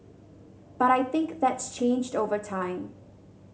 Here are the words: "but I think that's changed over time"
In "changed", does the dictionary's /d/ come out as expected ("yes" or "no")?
yes